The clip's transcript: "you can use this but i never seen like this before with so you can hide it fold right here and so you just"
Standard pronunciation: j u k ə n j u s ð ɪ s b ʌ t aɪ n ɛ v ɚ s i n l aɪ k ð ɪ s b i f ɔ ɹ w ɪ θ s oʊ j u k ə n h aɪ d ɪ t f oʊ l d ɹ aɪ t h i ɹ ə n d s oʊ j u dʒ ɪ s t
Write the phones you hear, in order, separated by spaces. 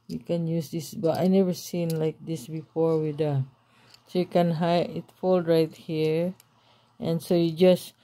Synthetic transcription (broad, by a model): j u k ə n j u s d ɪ s b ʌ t aɪ n ɛ v ɚ s i n l aɪ k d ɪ s b i f ɔ ɹ w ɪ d s oʊ j u k ə n h aɪ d ɪ t f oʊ l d ɹ aɪ t h i ɹ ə n s oʊ j u dʒ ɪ s